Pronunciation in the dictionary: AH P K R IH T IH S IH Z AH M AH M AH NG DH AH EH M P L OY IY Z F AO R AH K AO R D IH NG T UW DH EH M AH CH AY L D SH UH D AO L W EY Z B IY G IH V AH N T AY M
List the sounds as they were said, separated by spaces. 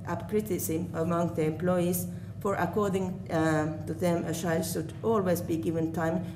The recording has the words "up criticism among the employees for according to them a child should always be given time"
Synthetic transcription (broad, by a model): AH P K R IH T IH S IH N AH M AH M AH NG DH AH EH M P L OY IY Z F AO R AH K AO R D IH NG T UW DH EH M AH SH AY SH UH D AO L W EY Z B IY G IH V AH N T AY M